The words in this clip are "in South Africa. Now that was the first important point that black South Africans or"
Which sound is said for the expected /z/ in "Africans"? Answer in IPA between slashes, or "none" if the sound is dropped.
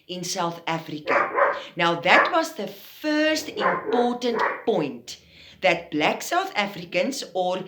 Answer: /s/